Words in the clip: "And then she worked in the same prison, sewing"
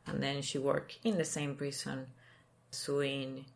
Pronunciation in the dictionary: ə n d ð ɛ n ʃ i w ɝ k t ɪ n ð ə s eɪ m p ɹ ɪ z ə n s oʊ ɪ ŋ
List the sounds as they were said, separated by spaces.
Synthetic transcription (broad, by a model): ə n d ð ɛ n ʃ i w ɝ k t ɪ n ð ə s eɪ m p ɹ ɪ s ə n s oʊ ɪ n